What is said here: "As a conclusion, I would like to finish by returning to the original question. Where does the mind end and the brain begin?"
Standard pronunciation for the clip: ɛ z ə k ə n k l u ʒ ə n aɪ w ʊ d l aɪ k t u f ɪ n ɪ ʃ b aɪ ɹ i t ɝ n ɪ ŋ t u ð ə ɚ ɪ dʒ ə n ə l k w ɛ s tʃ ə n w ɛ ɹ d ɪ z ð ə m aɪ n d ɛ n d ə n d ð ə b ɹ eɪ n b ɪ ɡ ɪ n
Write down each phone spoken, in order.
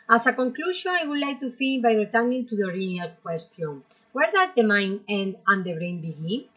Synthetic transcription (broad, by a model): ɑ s ə k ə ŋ k l u ʃ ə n aɪ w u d l aɪ k t u f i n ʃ b aɪ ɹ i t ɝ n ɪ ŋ t u ð ə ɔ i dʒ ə n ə l k w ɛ s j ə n w ɛ ɹ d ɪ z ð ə m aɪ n ɛ n d ə n d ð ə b ɹ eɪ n b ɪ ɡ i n